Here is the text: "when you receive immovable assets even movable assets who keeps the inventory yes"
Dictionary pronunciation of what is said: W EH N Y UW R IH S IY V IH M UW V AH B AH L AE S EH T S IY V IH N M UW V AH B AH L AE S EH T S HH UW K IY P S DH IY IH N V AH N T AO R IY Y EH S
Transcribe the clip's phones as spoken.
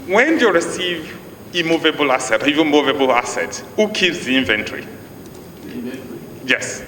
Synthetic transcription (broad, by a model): W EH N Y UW R IH S IY V IH M UW V AH B AH L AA S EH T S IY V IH M UW V AH B AH L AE S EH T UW K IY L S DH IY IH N V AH N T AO R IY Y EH S